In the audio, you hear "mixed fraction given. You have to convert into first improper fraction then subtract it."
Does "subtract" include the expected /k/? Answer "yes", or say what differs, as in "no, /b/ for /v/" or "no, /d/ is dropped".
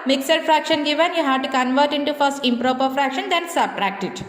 yes